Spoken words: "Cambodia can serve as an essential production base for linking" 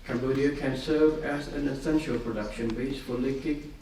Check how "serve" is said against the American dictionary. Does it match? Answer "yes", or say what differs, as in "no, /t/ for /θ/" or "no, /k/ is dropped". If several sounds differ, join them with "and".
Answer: yes